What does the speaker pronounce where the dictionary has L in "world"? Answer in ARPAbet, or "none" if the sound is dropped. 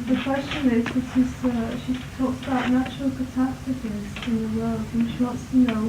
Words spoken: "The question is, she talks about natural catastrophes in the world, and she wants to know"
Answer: L